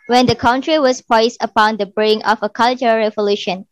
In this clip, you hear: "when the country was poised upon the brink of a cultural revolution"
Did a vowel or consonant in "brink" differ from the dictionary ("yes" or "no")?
yes